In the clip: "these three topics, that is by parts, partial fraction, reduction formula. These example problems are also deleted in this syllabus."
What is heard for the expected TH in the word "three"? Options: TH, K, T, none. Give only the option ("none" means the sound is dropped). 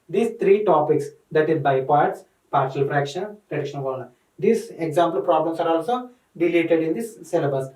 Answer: T